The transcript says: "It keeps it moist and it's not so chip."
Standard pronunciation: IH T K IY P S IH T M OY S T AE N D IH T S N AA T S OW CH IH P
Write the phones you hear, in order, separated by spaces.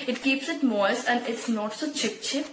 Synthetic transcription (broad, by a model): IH T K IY P S IH T M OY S AE N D IH T S N AA T S OW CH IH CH